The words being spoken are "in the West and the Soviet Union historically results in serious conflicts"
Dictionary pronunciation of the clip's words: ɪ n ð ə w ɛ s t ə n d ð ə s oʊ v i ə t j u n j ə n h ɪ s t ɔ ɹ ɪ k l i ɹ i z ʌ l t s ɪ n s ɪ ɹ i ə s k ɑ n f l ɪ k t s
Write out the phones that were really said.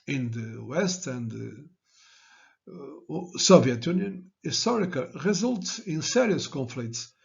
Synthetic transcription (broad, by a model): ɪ n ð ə w ɛ s t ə n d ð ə s oʊ v i ə t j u n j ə n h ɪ s t ɔ ɹ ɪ k i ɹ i z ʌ l t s ɪ n s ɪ ɹ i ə s k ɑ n f l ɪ k t s